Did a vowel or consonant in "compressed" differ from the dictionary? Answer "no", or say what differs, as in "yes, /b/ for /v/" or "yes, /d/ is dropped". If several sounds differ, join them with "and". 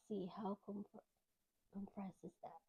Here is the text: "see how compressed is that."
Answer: yes, /t/ is dropped